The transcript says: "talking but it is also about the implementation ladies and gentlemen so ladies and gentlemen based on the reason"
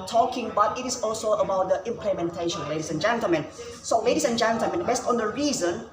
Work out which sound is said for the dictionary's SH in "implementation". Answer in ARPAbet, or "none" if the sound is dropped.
SH